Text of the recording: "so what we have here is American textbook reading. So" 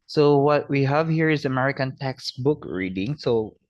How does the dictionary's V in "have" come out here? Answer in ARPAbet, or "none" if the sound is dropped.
V